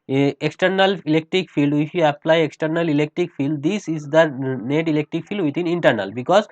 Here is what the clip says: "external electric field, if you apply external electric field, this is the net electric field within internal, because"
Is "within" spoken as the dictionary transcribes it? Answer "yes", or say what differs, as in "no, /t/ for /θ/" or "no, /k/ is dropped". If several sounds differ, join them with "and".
no, /t/ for /θ/